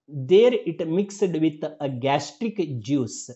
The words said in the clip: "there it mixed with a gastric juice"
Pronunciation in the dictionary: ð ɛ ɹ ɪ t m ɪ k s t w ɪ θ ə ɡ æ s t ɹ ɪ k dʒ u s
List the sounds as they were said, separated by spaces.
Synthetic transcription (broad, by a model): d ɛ ɹ ɪ t m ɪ k s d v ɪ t ə ɡ æ s t ɹ ɪ k dʒ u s